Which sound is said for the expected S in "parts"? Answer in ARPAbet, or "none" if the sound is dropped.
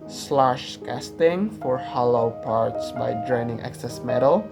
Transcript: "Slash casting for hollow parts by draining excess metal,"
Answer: S